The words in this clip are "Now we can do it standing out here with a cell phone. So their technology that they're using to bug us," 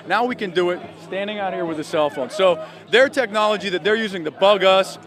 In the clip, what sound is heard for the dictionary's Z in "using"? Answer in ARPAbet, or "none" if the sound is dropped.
Z